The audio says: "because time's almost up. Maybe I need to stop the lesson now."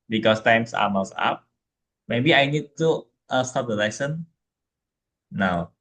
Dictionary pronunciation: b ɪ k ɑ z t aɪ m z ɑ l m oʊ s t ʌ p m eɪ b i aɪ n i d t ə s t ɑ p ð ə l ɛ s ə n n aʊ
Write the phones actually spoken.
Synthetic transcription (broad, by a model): b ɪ k ɑ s t aɪ m s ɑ m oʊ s ɑ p m eɪ b i aɪ n i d t ə s t ɑ p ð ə l ɛ s ə n n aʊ